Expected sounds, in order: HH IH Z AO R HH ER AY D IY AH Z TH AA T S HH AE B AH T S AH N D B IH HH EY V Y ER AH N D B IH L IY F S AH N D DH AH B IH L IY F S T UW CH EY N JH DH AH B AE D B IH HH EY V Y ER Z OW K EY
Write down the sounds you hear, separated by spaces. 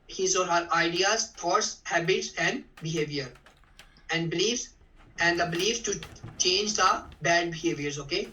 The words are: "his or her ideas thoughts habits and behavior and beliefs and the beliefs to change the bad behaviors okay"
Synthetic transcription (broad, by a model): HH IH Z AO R HH ER AY D IY AH Z T AA T S HH AE B AH T S AH N D B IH HH EY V Y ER AH N D B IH L IY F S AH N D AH B IH L IY F S T UW CH EY N JH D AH B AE D B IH HH EY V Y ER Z OW K EY